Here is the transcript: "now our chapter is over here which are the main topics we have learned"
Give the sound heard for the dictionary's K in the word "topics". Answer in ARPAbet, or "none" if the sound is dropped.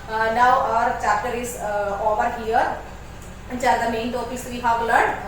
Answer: none